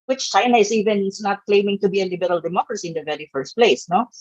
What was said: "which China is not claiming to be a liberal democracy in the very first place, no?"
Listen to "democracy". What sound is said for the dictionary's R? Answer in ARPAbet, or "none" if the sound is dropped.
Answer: R